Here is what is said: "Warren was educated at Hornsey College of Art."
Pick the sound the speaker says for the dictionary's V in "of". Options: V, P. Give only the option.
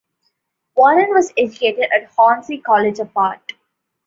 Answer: P